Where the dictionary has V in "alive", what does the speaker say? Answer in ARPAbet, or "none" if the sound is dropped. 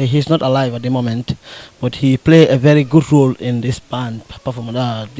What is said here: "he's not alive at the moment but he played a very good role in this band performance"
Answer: V